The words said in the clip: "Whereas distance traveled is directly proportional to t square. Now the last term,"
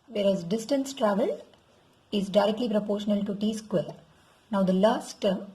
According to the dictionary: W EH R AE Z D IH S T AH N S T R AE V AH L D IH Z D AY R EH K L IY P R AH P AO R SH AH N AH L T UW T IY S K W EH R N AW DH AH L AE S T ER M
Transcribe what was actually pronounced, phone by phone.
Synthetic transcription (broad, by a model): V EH R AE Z D IH S T AH N S T R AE V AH L IH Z D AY R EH K L IY P R AH P AO R SH AH N AH L T UW T IY S K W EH R N AW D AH L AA S T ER M